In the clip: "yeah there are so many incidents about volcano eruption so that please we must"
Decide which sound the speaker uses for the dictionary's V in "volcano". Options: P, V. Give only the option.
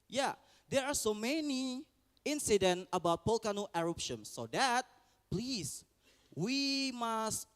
P